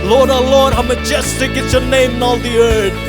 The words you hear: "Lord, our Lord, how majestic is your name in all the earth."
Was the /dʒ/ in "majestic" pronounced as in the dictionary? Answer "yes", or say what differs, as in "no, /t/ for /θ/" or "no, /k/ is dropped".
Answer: yes